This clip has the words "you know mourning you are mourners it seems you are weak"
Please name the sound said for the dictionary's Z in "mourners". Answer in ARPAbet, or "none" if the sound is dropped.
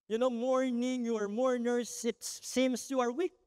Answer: S